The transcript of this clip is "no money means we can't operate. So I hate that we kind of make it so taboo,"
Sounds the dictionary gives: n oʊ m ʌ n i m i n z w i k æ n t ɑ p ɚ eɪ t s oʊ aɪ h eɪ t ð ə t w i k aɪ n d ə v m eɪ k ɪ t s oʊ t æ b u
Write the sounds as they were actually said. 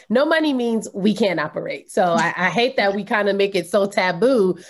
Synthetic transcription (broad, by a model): n oʊ m ʌ n i m i n z w i k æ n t ɑ p ɚ eɪ t s oʊ aɪ h eɪ t ð ə t w i k aɪ n d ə m eɪ k ɪ t s oʊ t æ b u